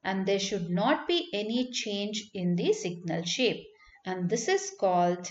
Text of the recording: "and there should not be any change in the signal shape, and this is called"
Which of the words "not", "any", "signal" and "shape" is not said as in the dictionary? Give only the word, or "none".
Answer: none